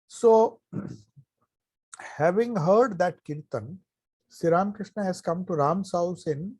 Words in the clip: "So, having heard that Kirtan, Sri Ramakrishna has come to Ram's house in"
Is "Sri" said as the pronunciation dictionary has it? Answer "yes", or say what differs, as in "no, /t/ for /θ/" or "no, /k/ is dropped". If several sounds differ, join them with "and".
no, /ɹ/ is dropped